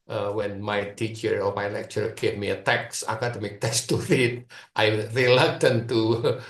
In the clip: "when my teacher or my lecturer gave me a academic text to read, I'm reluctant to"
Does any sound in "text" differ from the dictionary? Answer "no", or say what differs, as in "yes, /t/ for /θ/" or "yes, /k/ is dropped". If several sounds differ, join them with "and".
yes, /k/ is dropped